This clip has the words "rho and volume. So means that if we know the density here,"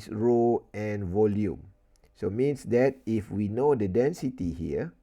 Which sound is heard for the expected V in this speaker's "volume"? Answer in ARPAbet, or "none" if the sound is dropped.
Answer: V